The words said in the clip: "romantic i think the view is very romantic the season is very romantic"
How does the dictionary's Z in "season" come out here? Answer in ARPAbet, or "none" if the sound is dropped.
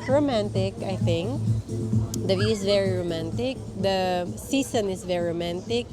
S